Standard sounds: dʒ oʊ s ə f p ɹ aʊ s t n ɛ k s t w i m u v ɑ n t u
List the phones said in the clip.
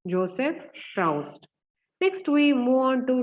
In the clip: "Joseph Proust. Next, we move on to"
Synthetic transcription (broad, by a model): dʒ oʊ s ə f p ɹ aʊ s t n ɛ k s t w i m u ɑ n t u